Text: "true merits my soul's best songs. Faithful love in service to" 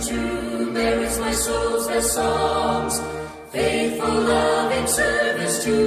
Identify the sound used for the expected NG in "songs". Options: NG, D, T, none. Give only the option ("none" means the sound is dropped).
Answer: none